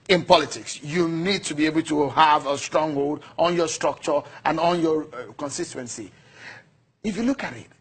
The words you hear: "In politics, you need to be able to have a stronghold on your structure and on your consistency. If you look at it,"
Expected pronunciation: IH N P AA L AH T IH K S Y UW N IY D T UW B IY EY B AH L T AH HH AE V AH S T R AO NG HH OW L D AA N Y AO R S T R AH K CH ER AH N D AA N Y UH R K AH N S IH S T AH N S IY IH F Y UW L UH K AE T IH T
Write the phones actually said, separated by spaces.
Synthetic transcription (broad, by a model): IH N P AA L AH T IH K S Y UW N IY D T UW B IY EY B AH L T AH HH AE V AH S T R AO NG HH OW L D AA N Y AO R S T R AH K CH ER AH N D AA N Y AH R K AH N S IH S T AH N S IY IH F Y UW L UH K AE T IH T